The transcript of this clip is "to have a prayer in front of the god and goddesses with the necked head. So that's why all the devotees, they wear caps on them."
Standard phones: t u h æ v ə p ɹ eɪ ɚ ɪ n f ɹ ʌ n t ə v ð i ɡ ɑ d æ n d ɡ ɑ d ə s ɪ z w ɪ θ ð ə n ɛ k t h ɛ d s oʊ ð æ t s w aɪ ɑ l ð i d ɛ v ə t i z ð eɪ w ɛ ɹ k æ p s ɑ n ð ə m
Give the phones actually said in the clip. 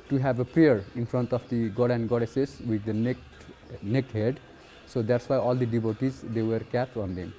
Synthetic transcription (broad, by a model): t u h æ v ə p ɹ eɪ ɚ ɪ n f ɹ ʌ n t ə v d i ɡ ɑ d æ n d ɡ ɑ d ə s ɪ s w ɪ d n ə n ɛ k t h ɛ d s oʊ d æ t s w aɪ ɑ l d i d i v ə t i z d eɪ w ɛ ɹ k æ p ɑ n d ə m